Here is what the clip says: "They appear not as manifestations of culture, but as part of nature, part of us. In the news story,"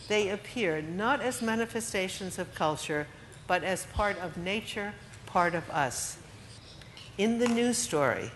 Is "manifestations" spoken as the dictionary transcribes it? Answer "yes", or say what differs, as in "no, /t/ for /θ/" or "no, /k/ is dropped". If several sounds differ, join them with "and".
yes